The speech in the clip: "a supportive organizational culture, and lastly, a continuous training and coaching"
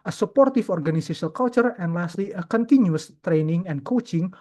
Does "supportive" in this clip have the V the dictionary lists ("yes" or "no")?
no